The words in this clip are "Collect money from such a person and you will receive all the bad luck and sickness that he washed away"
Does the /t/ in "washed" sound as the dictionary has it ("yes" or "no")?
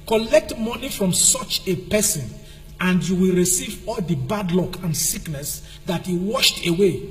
yes